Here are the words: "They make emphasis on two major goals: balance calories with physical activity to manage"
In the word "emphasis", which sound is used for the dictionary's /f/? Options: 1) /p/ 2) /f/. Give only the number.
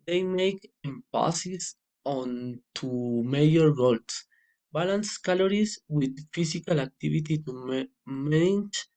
1